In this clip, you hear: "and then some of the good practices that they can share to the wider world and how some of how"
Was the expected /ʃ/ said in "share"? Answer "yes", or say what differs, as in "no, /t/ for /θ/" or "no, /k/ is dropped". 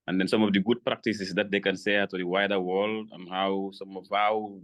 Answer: no, /s/ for /ʃ/